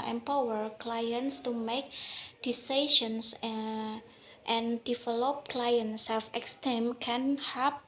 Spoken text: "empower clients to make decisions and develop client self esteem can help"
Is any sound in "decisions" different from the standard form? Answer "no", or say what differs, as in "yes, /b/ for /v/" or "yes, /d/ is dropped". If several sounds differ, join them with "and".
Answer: yes, /ʃ/ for /ʒ/